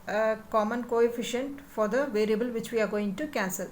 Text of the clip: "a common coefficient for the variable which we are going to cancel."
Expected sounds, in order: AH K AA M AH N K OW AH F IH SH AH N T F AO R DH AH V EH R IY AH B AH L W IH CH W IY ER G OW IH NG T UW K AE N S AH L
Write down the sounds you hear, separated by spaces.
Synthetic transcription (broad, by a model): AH K AA M AH N K OW AH F IH SH AH N T F AO R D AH V EH R IY AH B AH L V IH CH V IY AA G OW IH NG T UW K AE N S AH L